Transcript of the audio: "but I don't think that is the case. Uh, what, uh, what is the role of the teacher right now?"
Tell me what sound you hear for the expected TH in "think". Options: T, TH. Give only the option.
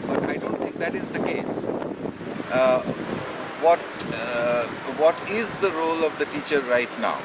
T